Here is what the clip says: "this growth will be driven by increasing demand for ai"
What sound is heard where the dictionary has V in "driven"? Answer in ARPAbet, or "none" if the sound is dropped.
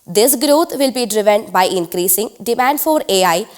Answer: V